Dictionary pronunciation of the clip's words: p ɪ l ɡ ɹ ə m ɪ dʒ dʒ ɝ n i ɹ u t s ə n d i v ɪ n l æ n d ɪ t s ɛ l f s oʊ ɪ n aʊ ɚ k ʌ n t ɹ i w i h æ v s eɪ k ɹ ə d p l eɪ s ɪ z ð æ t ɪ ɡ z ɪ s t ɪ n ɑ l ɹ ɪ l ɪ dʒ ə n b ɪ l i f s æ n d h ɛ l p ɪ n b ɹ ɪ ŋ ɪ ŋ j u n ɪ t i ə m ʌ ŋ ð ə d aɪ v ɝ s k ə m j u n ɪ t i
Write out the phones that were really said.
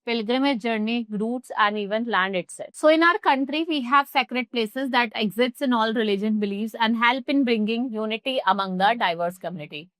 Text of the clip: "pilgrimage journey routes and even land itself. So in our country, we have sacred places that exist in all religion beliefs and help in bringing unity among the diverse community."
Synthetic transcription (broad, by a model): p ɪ l ɡ ɹ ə m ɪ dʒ dʒ ɝ n i ɹ u t s ə n d i v ɪ n l æ n d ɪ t s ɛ s oʊ ɪ n aʊ ɚ k ʌ n t ɹ i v i h æ v s eɪ k ɹ ə d p l eɪ s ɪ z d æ t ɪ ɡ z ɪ s t ɪ n ɑ l ɹ ɪ l ɪ dʒ ə n b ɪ l i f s æ n d h ɛ l p ɪ n b ɹ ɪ ŋ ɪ ŋ j u n ɪ t i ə m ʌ ŋ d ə d aɪ v ɝ s k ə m j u n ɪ t i